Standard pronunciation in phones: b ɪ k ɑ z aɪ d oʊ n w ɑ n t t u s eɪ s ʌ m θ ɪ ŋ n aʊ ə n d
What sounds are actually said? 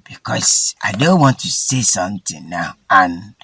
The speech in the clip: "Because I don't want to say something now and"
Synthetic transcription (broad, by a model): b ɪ k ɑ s aɪ d oʊ n w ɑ n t t u s eɪ s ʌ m t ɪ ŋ n aʊ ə n